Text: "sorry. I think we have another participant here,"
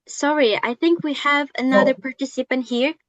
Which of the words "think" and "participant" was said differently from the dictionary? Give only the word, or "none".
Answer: none